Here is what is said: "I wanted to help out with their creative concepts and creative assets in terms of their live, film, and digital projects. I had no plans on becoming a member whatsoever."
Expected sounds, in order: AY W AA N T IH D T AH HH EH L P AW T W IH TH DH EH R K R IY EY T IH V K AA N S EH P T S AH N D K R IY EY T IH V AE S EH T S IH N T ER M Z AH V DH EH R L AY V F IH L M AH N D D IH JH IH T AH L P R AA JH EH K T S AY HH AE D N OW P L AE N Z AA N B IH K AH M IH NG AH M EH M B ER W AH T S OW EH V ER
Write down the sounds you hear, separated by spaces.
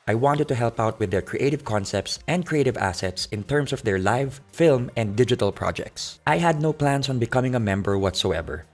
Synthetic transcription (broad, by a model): AY W AA N T IH D T AH HH EH L P AW T W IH DH EH R K R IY EY T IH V K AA N S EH P T S AH N D K R IY EY T IH V AE S EH T S IH N T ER M S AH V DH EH R L AY V F IH L M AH N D D IH JH IH T AH L P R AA JH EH K T S AY HH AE D N OW P L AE N S AA N B IH K AH M IH NG AH M EH M B ER W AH T S OW EH V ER